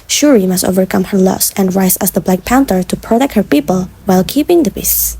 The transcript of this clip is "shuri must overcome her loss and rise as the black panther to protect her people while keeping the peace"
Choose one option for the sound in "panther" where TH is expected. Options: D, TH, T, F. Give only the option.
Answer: T